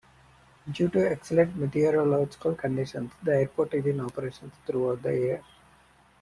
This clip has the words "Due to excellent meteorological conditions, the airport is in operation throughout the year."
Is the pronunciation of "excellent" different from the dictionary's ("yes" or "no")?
yes